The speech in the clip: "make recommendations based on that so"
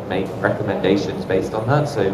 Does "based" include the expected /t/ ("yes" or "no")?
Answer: yes